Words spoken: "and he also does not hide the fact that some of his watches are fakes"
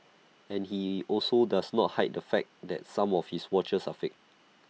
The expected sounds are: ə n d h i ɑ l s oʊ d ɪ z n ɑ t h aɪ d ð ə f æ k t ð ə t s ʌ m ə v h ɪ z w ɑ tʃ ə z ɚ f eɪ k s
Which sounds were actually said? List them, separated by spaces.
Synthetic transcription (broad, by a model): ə n h i ɑ l s oʊ d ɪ s n ɑ t h aɪ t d ə f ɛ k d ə t s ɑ m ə f h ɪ s w ɑ tʃ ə s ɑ f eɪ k